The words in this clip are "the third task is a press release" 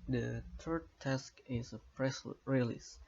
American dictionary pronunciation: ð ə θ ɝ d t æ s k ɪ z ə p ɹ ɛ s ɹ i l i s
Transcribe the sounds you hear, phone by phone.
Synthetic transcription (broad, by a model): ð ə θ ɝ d t æ s k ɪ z ə p ɹ ɛ s ɹ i l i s